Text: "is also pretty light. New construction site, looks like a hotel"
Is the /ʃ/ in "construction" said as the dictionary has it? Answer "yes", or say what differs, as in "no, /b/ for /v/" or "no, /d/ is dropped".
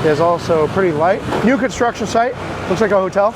yes